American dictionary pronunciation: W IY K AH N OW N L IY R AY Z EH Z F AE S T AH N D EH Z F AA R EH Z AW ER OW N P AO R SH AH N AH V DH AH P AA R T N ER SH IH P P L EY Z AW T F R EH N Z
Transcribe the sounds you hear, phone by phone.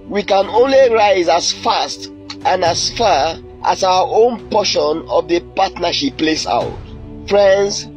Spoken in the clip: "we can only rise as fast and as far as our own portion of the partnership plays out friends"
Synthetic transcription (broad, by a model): W IY K AH N OW N L IY R AY Z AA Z F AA S T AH N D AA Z F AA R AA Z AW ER OW N P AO SH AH N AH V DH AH P AA T N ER SH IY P P L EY S AW T F R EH N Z